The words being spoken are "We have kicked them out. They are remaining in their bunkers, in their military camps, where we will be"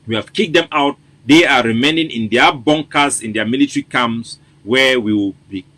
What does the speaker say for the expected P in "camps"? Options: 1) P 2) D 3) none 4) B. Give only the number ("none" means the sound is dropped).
3